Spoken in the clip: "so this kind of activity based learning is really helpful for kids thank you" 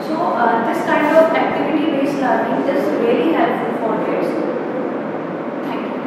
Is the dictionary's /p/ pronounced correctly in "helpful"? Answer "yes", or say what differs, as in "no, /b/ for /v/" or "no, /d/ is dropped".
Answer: no, /p/ is dropped